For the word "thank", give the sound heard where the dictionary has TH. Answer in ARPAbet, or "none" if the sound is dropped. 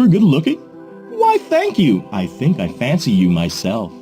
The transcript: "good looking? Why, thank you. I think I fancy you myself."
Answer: TH